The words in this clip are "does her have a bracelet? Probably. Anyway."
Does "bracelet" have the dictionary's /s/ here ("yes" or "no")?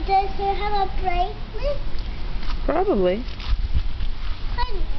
no